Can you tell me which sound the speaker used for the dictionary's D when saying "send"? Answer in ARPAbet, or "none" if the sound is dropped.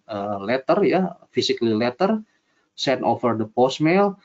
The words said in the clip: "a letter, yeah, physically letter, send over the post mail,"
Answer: none